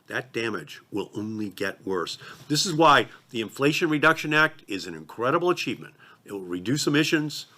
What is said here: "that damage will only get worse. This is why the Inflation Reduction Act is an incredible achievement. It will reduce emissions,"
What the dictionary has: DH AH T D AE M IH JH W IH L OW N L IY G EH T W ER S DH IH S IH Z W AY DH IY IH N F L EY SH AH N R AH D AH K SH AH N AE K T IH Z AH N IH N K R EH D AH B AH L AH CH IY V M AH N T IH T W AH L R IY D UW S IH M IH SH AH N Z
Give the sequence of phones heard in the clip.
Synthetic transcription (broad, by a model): DH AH T D AE M IH JH W IH L OW N L IY G EH T W ER S DH IH S IH Z W AY DH IY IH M F L EY SH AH N R AH D AH K SH AH N AE K T IH Z AH N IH N K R EH D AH B L AH CH IY V M AH N T IH T W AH L R IY D UW S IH M IH SH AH N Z